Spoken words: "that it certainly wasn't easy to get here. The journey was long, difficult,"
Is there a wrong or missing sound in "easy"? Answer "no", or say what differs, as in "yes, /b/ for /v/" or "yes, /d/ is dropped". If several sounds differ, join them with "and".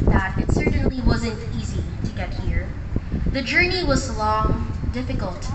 no